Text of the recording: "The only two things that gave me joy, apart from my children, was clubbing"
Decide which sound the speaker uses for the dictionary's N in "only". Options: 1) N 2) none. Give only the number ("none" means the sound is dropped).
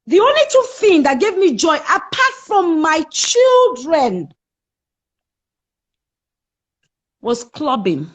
1